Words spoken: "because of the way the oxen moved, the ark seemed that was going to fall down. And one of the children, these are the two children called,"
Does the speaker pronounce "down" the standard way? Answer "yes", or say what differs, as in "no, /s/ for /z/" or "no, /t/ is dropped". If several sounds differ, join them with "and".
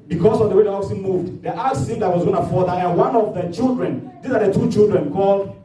no, /n/ is dropped